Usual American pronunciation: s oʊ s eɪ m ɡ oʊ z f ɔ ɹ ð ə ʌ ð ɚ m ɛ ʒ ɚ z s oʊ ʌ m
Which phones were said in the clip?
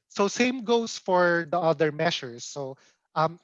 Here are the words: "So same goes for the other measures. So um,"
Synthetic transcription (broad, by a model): s oʊ s eɪ m ɡ oʊ s f ɔ ɹ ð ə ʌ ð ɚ m ɛ ʃ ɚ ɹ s oʊ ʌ m